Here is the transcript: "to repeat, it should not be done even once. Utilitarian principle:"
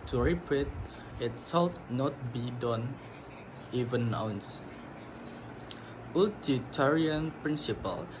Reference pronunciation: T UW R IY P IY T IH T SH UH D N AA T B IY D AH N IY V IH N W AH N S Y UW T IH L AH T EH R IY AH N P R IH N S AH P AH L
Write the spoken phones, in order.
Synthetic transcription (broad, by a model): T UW R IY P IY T IH T S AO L N AA T B IY D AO N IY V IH N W N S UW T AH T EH R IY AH N P R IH N S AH P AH L